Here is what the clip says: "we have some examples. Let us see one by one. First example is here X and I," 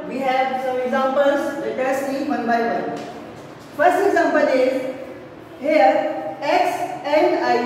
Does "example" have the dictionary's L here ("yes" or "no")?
no